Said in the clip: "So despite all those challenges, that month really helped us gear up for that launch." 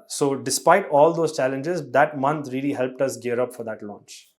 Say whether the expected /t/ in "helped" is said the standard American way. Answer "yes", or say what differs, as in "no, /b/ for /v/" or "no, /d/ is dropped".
yes